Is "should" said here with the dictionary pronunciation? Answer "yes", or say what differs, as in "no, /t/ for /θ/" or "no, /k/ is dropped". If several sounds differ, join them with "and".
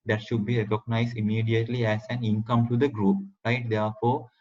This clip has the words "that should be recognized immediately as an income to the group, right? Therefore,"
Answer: yes